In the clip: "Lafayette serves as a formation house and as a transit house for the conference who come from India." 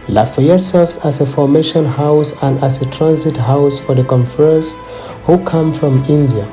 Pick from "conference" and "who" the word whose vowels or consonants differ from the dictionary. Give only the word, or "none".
conference